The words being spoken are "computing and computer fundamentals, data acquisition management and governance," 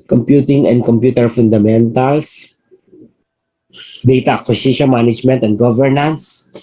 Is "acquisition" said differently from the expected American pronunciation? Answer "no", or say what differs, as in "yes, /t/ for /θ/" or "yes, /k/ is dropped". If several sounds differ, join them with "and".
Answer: yes, /s/ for /z/